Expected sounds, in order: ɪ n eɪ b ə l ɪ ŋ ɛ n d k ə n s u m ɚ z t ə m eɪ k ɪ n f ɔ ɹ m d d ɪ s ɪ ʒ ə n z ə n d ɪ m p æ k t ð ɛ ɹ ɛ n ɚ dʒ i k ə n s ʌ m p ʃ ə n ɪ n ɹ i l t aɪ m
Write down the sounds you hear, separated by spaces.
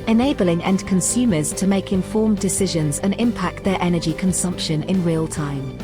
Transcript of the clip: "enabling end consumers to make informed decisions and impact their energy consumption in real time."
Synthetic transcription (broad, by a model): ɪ n eɪ b ə l ɪ ŋ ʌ n k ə n s u m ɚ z t ə m eɪ k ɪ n f ɔ m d d ɪ s ɪ ʒ ə n z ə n ɪ m p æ k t ð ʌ ɹ ɛ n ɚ dʒ i k ə n s ʌ m p ʃ ə n ɪ n ɹ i l t aɪ m